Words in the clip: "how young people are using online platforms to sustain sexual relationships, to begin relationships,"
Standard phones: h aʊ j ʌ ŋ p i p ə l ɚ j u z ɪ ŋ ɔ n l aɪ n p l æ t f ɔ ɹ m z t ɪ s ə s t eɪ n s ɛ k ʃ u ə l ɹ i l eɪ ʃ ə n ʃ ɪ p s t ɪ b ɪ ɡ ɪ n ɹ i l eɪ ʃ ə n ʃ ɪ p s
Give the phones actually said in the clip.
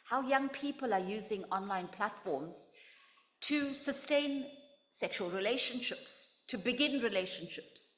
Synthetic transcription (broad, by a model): h aʊ j ʌ ŋ p i p ə l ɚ j u z ɪ ŋ ɔ n l aɪ n p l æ t f ɔ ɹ m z t ɪ s ə s t eɪ n s ɛ k ʃ u ə l ɹ i l eɪ ʃ ə n ʃ ɪ p s t ɪ b ɪ ɡ ɪ n ɹ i l eɪ ʃ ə n ʃ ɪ p s